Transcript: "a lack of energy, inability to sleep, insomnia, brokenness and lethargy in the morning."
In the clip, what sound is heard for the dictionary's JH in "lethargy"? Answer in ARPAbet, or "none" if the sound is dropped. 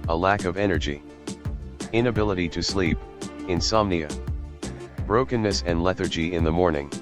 JH